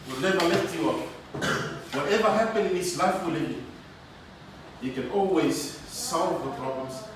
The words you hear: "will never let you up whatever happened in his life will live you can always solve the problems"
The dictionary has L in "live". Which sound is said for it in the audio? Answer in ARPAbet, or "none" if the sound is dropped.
N